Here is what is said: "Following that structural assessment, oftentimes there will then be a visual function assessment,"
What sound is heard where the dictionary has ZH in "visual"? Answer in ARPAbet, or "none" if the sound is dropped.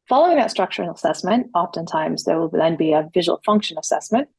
ZH